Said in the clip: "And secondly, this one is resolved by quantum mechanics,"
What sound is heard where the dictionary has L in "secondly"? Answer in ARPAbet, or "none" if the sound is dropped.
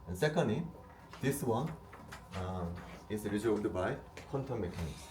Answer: none